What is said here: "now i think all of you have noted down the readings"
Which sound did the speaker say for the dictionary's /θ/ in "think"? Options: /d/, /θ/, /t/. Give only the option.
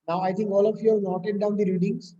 /t/